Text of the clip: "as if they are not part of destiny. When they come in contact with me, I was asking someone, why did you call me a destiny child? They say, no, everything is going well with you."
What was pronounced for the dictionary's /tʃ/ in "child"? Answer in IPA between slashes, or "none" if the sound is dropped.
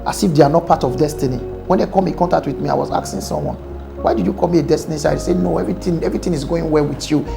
/s/